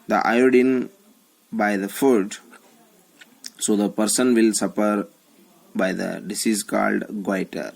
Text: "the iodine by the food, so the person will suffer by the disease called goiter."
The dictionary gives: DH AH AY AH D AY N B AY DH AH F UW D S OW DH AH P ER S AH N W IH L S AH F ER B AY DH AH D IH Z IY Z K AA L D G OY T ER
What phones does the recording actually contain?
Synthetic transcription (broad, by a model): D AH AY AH D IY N B AY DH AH F UW D S OW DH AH P ER S AH N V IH L S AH P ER B AY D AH D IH S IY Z K AA L D G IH T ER